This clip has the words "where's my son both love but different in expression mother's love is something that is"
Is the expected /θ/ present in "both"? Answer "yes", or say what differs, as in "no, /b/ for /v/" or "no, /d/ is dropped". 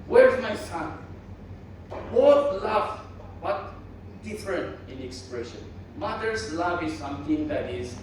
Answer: no, /t/ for /θ/